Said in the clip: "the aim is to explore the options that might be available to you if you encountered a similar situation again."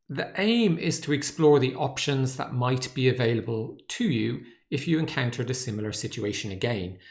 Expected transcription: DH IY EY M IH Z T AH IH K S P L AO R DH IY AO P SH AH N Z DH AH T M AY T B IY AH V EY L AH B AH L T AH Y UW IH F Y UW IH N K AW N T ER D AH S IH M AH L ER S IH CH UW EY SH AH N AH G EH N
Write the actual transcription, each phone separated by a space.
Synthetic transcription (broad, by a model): DH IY EY M IH Z T AH IH K S P L AO R DH IY AO P SH AH N Z DH AH T M AY T B IY AH V EY L AH B AH L T AH Y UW IH F Y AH IH N K AW N T ER D AH S IH M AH L ER S IH CH UW EY SH AH N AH G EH N